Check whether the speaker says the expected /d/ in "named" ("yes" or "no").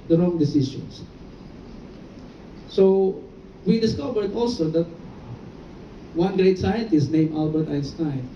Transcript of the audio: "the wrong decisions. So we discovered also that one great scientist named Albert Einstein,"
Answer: no